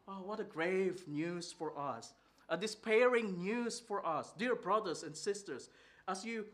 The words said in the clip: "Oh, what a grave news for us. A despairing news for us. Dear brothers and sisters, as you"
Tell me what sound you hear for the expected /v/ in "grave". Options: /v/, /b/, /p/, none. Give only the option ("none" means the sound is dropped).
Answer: /v/